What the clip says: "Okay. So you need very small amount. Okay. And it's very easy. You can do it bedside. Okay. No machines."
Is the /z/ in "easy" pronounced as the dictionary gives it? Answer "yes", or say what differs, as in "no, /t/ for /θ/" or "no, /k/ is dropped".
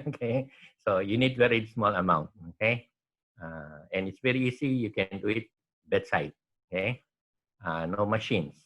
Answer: no, /s/ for /z/